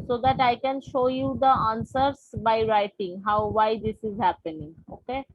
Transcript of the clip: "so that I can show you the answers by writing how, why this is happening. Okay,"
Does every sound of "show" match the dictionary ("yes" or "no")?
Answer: yes